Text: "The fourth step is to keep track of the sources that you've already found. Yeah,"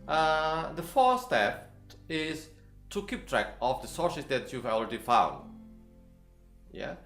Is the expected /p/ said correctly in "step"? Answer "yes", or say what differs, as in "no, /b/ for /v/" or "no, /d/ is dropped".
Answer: no, /f/ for /p/